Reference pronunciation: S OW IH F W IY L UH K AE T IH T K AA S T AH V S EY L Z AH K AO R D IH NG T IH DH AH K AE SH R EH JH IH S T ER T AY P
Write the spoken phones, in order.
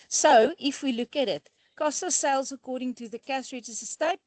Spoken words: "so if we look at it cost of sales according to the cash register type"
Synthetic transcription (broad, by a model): S OW IH F W IY L UH K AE T IH T K AA S T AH S EY L Z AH K AO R D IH NG T IH DH AH K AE S R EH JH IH S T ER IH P